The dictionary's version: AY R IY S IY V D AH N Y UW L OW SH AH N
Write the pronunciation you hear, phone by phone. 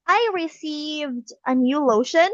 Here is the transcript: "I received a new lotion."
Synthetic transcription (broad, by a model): AY R IY S IY V D AH N Y UW L OW SH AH N